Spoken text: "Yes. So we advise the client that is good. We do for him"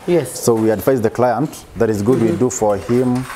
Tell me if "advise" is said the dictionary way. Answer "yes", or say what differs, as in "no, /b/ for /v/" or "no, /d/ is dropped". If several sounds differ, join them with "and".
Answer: no, /f/ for /v/